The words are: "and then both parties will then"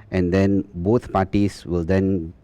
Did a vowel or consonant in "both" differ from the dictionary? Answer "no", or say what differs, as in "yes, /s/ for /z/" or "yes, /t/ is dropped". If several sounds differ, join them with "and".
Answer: yes, /t/ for /θ/